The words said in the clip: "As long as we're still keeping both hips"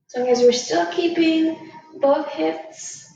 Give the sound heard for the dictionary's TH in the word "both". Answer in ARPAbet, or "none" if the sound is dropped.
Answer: TH